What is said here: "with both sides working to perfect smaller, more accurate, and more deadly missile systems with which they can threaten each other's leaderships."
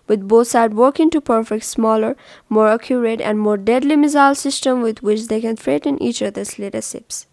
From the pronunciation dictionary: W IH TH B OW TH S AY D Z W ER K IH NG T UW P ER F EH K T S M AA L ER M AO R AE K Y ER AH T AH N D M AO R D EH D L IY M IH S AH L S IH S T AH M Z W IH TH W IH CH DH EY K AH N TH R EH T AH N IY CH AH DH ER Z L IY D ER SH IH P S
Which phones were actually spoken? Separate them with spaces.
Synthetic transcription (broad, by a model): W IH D B OW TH S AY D W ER K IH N T UW P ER F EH K T S M AA L ER M AO R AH K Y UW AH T AH N D M AO R D EH D L IY M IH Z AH L S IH S T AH M W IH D W IH CH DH EY K AH N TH R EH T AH N IY CH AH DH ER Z L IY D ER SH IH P S